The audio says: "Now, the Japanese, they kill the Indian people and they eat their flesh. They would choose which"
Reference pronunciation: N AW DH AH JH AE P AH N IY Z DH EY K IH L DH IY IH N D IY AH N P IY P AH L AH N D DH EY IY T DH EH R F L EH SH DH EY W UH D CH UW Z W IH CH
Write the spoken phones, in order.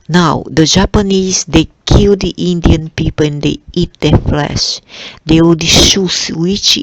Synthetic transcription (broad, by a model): N AW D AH JH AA P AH N IY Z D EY K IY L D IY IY N D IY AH N P IY P AH L AH N D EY IY T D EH F L EH SH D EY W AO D SH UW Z W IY CH